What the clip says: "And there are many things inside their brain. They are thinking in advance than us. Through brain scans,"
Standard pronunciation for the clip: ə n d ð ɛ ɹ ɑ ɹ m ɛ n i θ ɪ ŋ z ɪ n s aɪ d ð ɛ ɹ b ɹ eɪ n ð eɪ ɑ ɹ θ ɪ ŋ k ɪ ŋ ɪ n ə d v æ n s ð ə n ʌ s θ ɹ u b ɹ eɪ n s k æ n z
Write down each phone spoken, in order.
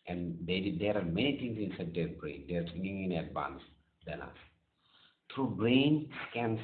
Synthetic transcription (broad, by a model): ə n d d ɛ ɹ ɑ ɹ m ɛ n i t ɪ ŋ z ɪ n s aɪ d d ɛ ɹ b ɹ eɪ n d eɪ ɑ ɹ s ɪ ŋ ɪ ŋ ɪ n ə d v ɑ n s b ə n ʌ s t ɹ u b ɹ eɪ n s k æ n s